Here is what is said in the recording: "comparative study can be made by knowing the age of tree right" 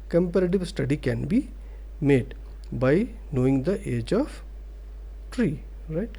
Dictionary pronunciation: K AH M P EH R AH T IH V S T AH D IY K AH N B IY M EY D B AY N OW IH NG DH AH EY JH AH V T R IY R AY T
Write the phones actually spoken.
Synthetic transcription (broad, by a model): K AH M P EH R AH T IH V S T AH D IY K AH N B IY M EY D B AY N OW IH NG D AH EY JH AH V T R IY R AY T